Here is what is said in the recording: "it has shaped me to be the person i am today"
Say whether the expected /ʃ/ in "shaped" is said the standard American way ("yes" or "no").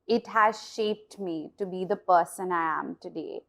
yes